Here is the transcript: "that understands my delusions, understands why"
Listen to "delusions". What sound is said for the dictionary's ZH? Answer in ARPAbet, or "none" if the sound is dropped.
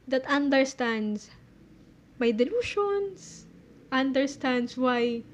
SH